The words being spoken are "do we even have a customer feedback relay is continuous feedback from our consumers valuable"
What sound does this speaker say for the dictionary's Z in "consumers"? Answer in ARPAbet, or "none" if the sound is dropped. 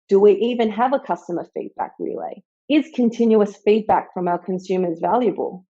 Z